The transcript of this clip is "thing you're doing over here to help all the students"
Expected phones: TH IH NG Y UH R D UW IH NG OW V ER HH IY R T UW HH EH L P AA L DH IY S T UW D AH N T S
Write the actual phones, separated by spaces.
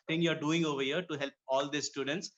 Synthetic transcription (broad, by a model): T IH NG Y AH R D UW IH NG OW V ER HH IY R T UW HH EH L P AA L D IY S T UW D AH N T S